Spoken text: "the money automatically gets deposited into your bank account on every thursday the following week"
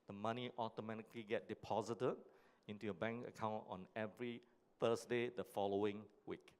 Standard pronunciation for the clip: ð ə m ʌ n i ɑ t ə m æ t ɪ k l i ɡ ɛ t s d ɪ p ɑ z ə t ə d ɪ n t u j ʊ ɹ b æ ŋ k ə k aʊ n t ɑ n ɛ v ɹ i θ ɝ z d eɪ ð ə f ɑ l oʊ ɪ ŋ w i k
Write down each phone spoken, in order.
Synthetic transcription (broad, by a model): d ə m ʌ n i ɑ t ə m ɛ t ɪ k l i ɡ ɛ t d ɪ p ɑ z ə t ə d ɪ n t u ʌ b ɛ ŋ k ə k aʊ n t ɑ n ɛ v ɹ i f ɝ s d eɪ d ə f ɑ l oʊ ɪ ŋ w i k